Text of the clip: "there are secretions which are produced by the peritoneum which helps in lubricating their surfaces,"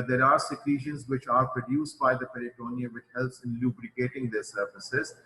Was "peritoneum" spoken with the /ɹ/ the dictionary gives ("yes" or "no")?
no